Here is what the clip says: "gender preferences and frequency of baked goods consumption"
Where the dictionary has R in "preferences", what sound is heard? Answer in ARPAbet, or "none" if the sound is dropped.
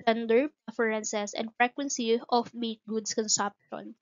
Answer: none